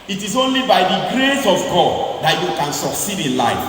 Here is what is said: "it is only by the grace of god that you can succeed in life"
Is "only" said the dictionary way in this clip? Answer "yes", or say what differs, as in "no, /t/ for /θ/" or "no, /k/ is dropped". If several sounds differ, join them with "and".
yes